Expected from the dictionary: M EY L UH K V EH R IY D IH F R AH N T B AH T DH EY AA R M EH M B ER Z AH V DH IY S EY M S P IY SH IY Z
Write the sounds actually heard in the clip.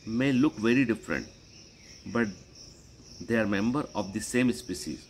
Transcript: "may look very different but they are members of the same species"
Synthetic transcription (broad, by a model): M EY L UH K V EH R IY D IH F R AH N T B AH T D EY AA R M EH M B ER AH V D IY S EY M S P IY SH IY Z